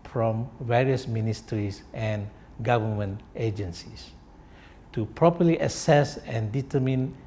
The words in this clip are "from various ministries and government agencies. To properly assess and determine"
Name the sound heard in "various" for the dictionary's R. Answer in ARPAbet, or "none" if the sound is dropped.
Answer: R